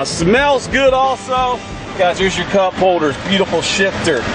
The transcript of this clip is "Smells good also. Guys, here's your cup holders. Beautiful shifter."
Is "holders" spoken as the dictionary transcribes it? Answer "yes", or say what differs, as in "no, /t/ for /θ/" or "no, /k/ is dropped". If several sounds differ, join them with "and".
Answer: yes